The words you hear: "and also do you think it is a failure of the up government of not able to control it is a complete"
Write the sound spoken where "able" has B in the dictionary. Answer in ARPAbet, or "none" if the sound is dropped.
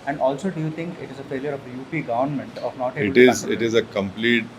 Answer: none